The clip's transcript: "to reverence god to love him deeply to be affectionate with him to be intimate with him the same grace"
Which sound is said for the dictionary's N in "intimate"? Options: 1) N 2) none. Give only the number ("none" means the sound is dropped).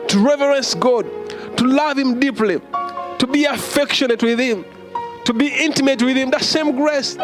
1